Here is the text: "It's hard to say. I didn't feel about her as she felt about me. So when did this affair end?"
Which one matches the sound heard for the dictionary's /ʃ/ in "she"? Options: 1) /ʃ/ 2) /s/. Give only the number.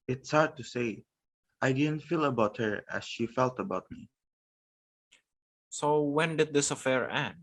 1